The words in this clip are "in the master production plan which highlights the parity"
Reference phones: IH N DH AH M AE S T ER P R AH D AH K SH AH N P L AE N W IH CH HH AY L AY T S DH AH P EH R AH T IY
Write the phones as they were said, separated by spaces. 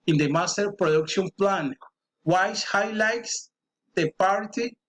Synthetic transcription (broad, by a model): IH N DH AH M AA S T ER P R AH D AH K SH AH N P L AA N W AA S HH AY L AY T S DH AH P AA R T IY